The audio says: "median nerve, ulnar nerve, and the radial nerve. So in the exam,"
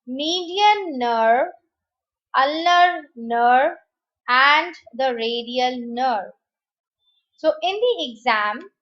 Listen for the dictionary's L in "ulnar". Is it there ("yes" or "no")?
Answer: yes